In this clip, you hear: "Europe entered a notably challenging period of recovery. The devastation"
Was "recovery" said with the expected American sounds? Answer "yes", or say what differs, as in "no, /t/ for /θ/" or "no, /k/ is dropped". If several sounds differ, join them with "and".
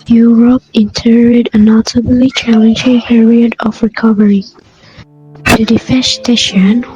yes